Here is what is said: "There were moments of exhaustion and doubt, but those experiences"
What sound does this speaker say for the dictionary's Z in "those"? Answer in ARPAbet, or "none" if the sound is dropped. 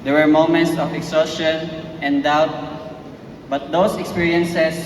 S